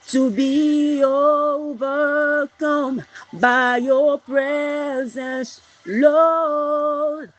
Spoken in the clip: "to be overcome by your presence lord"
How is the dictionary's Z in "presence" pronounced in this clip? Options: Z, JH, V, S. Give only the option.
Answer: Z